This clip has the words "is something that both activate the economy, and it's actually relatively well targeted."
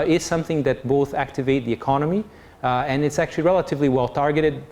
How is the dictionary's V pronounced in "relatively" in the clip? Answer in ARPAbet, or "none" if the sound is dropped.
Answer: V